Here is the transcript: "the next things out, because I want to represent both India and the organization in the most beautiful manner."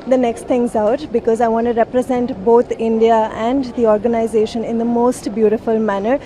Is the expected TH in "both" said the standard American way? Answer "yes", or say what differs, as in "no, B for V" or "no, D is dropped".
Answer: no, T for TH